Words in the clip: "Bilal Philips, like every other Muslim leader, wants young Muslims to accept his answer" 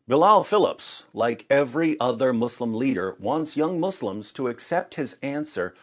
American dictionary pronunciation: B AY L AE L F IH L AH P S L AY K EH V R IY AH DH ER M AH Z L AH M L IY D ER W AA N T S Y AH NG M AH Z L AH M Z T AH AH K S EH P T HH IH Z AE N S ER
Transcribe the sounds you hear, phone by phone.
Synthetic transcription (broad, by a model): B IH L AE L F IH L AH P S L AY K EH V R IY AH DH ER M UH S L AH M L IY D ER W AA N T S Y AH NG M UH S L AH M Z T AH AH K S EH P T HH IH Z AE N S ER